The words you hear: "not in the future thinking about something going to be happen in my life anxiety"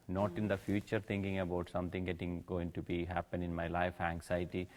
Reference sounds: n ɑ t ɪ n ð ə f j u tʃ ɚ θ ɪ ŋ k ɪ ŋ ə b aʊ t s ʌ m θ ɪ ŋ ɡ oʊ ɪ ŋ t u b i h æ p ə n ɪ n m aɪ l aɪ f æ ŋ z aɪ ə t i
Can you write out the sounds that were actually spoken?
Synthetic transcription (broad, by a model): n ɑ t ɪ n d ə f j u tʃ ɚ t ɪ ŋ k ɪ ŋ ə b aʊ t s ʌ m t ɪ ŋ ɡ oʊ ɪ ŋ t u b i h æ p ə n ɪ n m aɪ l aɪ f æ ŋ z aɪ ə t i